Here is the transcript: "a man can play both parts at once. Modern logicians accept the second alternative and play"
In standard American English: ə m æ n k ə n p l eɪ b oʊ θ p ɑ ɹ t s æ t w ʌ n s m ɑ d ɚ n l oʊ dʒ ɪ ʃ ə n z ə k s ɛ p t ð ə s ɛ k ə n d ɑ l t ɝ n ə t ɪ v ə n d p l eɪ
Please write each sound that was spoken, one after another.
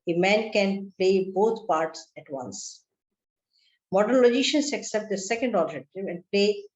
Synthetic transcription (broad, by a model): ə m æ n k ə n p l eɪ b oʊ t p ɑ ɹ t s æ t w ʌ n s m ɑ d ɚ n l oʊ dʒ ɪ ʃ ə n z ə k s ɛ p t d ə s ɛ k ə n d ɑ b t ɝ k t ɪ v ə n d p l eɪ